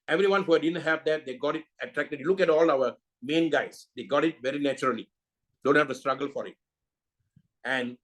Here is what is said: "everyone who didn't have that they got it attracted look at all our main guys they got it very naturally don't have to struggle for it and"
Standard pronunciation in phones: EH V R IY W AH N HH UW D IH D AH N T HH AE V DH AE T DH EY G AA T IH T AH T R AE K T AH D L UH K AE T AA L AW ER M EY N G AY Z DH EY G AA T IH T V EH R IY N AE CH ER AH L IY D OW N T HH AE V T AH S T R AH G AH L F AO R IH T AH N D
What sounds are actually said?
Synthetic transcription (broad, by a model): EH V R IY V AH N HH UW D IH D AH N T HH AE V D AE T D EY G AA T IH T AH T R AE K T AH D L UH K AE T AA L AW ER M EY N G AY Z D EY G AA T IH T V EH R IY N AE CH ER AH L IY D OW N T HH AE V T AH S T R AH G AH L F AO R IH T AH N D